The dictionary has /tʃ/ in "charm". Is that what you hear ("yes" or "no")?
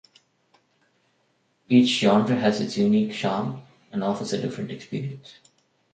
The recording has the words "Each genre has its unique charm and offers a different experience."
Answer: no